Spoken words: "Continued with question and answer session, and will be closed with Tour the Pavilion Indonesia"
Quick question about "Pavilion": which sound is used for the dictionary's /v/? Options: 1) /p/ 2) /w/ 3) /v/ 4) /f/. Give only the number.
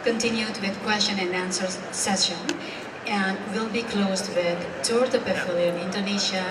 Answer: 4